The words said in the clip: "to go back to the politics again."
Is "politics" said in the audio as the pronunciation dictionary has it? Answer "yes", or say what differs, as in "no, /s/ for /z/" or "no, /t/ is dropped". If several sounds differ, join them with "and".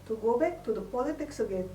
yes